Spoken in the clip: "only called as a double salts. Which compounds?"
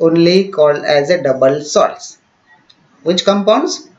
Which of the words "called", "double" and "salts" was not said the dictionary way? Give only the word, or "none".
salts